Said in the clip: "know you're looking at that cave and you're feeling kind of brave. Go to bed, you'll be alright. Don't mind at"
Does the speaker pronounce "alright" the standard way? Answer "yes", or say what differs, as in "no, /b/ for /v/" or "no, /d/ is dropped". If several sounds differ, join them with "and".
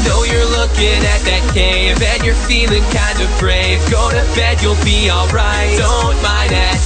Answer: yes